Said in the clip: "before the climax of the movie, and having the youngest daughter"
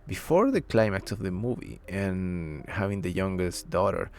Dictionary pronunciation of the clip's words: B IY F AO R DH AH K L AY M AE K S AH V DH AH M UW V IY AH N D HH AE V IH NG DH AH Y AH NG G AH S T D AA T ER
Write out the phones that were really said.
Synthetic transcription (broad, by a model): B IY F AO R DH AH K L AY M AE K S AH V DH AH M UW V IY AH N HH AE V IH NG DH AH Y AH NG G AH S T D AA T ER